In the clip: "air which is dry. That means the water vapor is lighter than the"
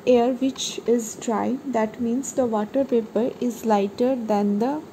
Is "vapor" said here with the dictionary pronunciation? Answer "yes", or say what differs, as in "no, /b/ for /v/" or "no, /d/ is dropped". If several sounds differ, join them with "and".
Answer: no, /p/ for /v/